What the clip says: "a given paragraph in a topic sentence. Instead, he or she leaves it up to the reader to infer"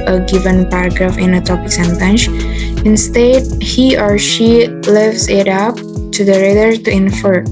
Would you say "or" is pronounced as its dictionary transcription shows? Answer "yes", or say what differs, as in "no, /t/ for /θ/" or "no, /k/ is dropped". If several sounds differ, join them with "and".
yes